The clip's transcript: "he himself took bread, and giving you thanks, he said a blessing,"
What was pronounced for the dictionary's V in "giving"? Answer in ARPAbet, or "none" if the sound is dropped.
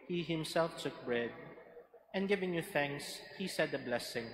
V